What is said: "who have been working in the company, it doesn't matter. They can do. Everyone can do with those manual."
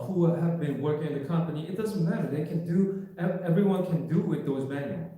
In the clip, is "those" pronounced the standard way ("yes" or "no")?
yes